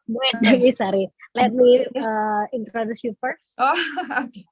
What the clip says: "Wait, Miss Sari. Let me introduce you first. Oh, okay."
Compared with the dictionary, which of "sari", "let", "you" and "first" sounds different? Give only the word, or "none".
first